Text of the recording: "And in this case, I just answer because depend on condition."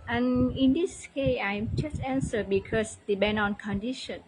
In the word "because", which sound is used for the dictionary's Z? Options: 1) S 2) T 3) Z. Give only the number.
1